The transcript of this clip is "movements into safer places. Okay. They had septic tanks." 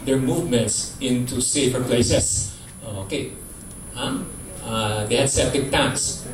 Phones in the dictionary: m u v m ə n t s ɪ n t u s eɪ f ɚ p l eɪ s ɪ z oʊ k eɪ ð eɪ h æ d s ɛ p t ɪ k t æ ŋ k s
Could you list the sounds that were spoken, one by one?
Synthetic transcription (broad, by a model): m u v m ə n t s ɪ n t u s eɪ f ɚ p l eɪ s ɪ s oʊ k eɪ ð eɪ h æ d s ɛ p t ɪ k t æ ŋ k s